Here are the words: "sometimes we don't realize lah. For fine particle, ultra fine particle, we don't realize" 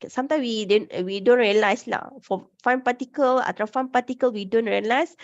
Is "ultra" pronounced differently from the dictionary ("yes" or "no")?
yes